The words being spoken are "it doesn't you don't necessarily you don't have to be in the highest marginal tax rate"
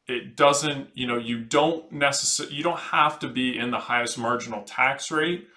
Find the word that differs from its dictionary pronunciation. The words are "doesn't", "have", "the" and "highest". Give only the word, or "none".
have